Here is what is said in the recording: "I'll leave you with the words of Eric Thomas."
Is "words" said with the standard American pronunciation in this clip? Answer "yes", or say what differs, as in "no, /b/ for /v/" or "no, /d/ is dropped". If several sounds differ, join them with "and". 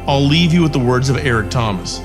yes